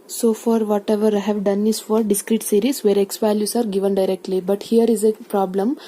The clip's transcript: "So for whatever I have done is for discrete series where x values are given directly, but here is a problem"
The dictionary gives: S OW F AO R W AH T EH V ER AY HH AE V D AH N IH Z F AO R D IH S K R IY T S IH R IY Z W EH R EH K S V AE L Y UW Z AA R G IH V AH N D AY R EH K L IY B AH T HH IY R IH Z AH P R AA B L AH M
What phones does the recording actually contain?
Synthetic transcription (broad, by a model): S OW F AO R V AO T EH V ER AY HH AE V D AH N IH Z F AO R D IH S K R IY T S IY R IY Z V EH R EH K S P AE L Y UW S AA R G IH V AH N D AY R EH K L IY B AH T HH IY R IH Z AH P R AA B L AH M